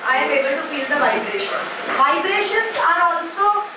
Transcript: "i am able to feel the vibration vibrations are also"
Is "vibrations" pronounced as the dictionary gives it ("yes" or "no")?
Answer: no